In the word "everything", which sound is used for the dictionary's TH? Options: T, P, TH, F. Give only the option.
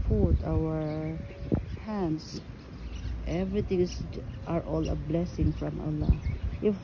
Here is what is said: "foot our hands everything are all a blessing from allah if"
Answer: T